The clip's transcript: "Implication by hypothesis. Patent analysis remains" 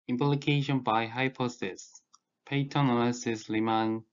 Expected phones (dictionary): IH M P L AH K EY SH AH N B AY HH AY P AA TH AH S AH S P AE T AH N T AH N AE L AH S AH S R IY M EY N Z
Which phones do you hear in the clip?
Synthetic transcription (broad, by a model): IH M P L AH K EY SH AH N B AY HH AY P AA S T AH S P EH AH T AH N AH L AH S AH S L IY M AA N